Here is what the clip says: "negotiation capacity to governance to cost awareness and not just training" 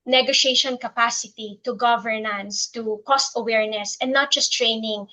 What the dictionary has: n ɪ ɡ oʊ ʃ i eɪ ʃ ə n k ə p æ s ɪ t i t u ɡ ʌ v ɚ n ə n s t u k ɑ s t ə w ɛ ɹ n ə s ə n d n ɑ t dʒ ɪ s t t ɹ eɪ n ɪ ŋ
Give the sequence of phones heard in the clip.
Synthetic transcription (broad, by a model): n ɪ ɡ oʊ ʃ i eɪ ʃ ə n k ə p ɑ s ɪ t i t u ɡ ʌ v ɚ n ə n s t u k ɑ s t ə w ɛ ɹ n ə s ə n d n ɑ t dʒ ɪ s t t ɹ eɪ n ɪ ŋ